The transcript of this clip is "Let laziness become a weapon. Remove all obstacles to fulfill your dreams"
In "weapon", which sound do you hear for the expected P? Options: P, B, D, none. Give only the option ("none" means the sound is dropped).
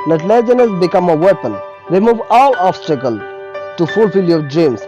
P